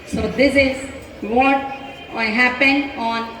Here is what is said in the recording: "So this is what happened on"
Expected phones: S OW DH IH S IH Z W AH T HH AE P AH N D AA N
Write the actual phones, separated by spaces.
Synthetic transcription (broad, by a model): S OW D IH S IH Z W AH T HH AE P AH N AA N